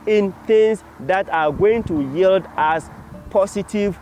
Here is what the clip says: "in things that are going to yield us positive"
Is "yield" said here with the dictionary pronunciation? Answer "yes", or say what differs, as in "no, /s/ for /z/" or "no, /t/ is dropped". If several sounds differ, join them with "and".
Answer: yes